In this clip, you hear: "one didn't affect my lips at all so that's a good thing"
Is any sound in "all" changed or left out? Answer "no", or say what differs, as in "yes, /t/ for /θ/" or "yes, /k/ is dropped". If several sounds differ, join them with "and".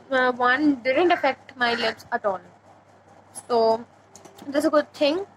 yes, /n/ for /l/